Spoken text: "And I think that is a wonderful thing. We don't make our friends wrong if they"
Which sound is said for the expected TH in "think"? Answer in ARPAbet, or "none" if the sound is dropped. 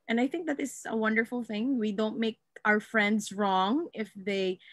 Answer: TH